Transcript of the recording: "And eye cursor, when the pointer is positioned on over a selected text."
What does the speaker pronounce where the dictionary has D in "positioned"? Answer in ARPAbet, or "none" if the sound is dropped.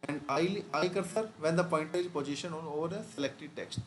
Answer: none